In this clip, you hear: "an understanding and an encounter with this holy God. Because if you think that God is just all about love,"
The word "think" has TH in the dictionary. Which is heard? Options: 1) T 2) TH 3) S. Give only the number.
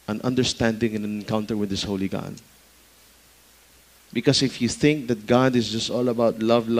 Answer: 2